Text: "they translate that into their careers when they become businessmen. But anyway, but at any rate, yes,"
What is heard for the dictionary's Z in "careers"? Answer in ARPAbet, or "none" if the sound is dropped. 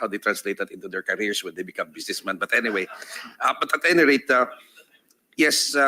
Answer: S